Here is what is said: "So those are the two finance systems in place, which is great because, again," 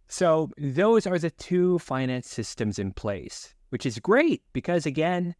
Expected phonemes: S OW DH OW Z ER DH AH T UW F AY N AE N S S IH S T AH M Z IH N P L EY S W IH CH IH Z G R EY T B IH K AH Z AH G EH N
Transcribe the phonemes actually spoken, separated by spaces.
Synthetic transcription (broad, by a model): S OW DH OW Z ER DH AH T UW F AY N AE N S S IH S T AH M Z IH N P L EY S W IH CH IH Z G R EY T B IH K AH Z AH G EH N